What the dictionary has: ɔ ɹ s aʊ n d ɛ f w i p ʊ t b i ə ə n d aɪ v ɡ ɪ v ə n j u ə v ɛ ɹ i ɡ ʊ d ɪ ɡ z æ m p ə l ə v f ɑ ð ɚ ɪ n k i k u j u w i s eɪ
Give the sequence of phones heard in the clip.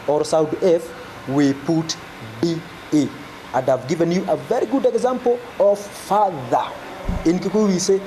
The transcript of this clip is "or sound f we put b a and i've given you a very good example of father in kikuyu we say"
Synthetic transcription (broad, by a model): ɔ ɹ s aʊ d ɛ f w i p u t b i ə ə n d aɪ v ɡ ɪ v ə n j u ə v ɛ ɹ i ɡ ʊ d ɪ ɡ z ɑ m p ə l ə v f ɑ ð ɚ ɪ n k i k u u w i s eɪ